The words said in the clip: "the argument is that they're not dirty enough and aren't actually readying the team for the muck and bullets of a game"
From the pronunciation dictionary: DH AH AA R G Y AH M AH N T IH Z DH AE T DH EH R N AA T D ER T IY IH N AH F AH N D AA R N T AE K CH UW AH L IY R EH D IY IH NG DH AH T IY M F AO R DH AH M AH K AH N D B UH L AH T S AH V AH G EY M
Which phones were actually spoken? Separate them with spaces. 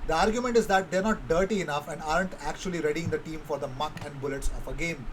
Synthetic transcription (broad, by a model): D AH AA R G Y AH M AH N T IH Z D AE T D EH R N AA T D ER T IY IH N AH F AH N D AA R N T AE K CH UW AH L IY R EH D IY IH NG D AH T IY M F AO R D AH M AH K AH N D B UH L AH T S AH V AH G EY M